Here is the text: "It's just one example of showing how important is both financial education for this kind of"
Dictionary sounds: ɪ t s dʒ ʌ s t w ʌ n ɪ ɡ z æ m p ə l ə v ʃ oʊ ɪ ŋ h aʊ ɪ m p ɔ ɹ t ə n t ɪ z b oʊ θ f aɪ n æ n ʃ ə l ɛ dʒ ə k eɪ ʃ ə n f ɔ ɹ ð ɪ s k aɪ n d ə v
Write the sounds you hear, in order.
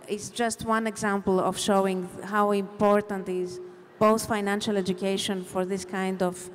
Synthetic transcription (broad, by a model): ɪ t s dʒ ʌ s t w ʌ n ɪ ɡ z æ m p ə l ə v ʃ oʊ ɪ ŋ h aʊ ɪ m p ɔ ɹ t ə n t ɪ z b oʊ θ f aɪ n æ n ʃ ə l ɛ dʒ ə k eɪ ʃ ə n f ɔ ɹ ð ɪ s k aɪ n d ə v